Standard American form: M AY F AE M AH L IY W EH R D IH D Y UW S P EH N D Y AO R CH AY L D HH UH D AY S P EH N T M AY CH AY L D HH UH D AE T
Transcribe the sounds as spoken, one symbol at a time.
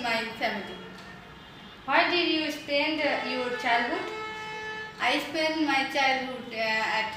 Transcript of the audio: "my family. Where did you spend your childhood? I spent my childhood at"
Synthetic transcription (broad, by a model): M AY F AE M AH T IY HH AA W D IH D Y UW S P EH N D Y AO R CH AY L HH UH D AY S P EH N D M AY CH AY L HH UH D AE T